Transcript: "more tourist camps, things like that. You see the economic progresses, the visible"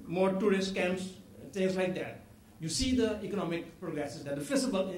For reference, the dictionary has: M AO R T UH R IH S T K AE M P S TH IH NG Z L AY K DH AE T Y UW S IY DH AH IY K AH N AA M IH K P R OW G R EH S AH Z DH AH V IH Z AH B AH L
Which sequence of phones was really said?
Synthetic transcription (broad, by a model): M AO R T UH R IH S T K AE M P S T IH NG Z L AY K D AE T Y UW S IY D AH IY K AH N AA M IH K P R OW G R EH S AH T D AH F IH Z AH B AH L